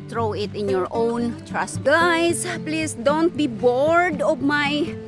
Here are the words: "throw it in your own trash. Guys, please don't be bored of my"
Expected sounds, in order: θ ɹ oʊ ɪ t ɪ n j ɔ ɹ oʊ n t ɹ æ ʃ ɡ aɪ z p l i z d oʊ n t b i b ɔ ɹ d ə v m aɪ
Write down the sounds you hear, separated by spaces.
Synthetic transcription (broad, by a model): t ɹ oʊ ɪ t ɪ n j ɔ ɹ oʊ n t ɹ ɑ s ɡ aɪ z p l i s d oʊ n t b i b ɔ ɹ d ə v m aɪ